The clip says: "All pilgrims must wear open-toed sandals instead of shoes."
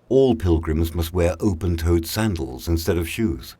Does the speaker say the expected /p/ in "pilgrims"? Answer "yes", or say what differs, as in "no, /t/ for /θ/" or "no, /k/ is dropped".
yes